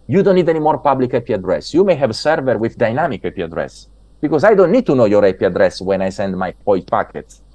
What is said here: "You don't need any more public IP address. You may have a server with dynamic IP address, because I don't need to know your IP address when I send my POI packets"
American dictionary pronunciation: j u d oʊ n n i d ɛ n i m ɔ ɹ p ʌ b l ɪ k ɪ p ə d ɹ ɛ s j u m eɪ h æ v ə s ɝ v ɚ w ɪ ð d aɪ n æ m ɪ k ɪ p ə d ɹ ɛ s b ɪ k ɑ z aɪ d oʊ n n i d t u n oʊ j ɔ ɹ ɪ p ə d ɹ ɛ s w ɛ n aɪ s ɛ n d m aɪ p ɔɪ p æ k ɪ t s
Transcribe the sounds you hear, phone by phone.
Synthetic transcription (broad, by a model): j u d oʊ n n i d ɛ n i m ɔ ɹ p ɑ b l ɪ k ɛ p ə d ɹ ɛ s j u m eɪ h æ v s ɝ v ɚ w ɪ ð d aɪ n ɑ m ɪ k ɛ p ə d ɹ ɛ s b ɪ k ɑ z aɪ d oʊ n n i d t u n oʊ j ɔ ɹ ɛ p ə d ɹ ɛ s w ɛ n aɪ s ɛ n d m aɪ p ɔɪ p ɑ k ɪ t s